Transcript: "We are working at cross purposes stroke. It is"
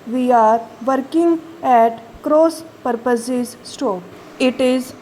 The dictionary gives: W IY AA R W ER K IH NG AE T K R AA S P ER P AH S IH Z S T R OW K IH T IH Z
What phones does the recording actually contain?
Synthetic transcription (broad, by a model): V IY AA R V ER K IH NG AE T K R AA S P ER P AH S IH Z S T OW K IH T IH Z